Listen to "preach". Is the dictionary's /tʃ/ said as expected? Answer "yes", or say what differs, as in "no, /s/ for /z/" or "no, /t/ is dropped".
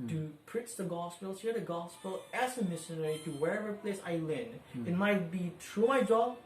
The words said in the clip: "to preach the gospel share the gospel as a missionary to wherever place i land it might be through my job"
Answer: no, /s/ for /tʃ/